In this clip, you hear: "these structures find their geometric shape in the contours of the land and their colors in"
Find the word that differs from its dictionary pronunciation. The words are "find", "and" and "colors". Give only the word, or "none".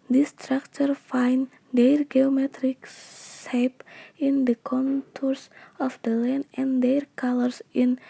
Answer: colors